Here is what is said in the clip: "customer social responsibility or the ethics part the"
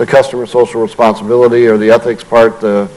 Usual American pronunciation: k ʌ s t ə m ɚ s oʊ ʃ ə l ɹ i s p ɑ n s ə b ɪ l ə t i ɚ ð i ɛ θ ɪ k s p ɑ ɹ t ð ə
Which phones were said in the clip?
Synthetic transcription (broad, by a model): k ʌ s t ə m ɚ s oʊ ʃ l ɹ i s p ɑ n s ə b ɪ l ə t i ɚ ð i ɛ θ ɪ k s p ɑ ɹ t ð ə